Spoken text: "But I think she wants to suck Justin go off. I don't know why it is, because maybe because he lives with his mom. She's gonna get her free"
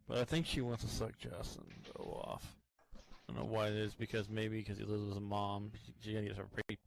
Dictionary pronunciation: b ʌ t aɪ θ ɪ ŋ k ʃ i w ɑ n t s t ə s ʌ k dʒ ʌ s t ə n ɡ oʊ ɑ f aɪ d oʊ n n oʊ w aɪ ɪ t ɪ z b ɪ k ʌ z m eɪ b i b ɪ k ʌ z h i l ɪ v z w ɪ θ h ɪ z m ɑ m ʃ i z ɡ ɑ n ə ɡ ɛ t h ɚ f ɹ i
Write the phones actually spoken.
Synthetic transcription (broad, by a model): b ʌ t aɪ θ ɪ ŋ k ʃ i w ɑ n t t ə s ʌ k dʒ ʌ s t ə n ɡ oʊ ɑ f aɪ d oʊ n n oʊ w aɪ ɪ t ɪ z b ɪ k ʌ z m eɪ i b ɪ k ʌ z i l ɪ z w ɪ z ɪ m ɑ m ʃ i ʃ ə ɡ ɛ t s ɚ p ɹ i